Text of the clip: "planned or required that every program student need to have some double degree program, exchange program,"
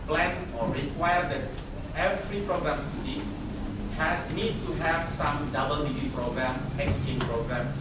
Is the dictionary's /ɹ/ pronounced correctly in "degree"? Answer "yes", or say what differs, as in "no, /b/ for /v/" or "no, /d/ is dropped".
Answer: no, /ɹ/ is dropped